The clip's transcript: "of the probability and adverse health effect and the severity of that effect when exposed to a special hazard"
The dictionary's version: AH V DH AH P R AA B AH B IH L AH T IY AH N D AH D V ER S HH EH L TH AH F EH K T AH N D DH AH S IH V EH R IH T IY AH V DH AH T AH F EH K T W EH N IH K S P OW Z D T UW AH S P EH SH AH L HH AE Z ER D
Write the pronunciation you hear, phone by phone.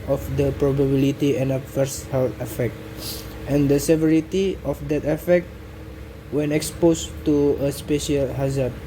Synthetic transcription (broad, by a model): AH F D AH P R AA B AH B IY L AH T IY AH N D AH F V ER S HH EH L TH AH F EH K T AH N D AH S IH V EH R IH T IY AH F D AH T AH F EH K T W EH N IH K S P OW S T UW AH S P EH SH AH L HH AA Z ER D